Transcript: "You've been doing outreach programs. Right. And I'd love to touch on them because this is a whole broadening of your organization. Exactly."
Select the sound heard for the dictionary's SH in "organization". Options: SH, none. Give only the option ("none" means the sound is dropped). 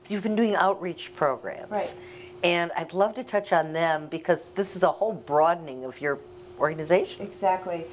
none